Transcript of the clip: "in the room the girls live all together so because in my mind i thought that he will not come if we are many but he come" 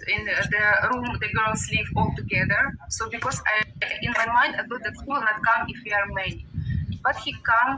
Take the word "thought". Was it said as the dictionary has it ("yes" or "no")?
no